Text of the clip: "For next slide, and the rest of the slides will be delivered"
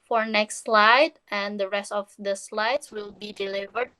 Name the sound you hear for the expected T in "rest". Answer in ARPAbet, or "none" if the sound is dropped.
T